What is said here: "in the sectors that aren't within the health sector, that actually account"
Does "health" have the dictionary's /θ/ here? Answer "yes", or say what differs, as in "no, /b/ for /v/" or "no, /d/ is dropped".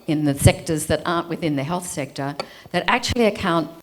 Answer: yes